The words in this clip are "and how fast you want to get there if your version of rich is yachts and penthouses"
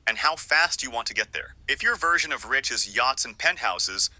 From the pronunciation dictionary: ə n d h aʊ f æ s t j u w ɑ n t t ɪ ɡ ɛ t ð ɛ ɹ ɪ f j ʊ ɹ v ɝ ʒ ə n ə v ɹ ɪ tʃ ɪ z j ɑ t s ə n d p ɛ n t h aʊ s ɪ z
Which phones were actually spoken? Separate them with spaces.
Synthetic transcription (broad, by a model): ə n h aʊ f æ s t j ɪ w ɑ n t t ɪ ɡ ɛ t ð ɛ ɹ ɪ f j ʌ ɹ v ɝ ʒ ə n ə v ɹ ɪ tʃ ɪ z j ɑ t s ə n p ɛ n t h aʊ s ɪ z